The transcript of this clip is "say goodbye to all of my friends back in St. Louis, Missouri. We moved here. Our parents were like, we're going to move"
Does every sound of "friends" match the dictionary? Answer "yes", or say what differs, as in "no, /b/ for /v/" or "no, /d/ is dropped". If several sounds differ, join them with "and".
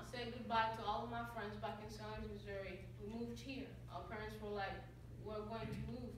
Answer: yes